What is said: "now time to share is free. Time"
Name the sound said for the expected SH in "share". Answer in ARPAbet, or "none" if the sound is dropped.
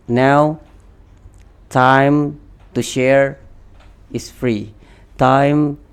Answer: SH